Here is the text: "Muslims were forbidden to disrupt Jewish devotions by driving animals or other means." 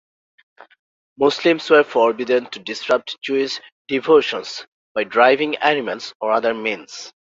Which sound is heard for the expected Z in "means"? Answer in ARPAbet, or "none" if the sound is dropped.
S